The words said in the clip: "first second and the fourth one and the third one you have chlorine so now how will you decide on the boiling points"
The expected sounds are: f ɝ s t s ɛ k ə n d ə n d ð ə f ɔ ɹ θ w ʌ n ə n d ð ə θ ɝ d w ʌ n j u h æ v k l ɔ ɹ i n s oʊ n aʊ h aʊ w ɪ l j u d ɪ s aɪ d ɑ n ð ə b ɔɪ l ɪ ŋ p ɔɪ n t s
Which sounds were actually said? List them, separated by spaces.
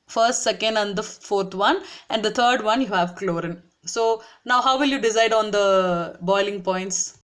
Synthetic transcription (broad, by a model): f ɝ s t s ɛ k ə n d ə n d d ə f ɔ ɹ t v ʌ n ə n d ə t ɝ d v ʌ n j u h æ v k l ɔ ɹ i n s oʊ n aʊ h aʊ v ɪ l j u d ɪ s aɪ d ɑ n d ə b ɔɪ l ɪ ŋ p ɔɪ n t s